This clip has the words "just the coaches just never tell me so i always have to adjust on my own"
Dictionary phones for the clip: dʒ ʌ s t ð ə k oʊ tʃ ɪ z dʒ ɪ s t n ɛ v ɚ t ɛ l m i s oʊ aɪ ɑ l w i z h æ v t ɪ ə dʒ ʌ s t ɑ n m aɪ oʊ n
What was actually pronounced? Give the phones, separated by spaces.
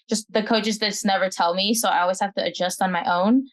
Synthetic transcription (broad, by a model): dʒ ʌ s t ð ə k oʊ tʃ ɪ z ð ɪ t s n ɛ v ɚ t ɛ l m i s oʊ aɪ ɑ l w i z h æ f t ɪ ə dʒ ʌ s t n m aɪ oʊ n